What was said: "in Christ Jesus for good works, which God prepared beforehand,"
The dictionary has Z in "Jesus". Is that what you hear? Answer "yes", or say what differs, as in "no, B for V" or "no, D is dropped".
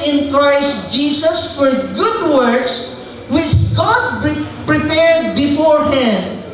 no, S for Z